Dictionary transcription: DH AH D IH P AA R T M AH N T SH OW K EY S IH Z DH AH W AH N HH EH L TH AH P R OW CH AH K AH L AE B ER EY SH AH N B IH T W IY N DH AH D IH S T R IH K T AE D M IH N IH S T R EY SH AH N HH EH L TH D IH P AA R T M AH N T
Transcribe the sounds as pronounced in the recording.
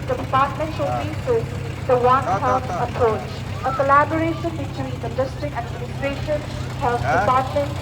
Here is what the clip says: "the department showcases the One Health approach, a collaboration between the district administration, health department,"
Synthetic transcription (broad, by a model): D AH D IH P AA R T M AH N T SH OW IY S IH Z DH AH W AH N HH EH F AH P R OW CH AH K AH L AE B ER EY SH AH N B IH T W IY N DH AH D IH S T R IH K T AE D M IH N IH S T R EY SH AH N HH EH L F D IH P AA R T M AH N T